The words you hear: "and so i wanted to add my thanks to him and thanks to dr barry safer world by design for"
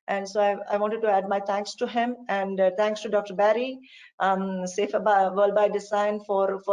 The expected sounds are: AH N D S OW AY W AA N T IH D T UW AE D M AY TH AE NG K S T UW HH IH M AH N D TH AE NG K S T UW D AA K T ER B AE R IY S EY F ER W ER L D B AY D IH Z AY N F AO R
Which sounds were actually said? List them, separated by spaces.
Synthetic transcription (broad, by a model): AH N D S OW AY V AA N T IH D T UW AE D M AY T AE NG K S T UW HH IH M AH N D T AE NG K S T UW D AA K T ER B AE R IY S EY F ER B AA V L B AY D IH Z AY N F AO R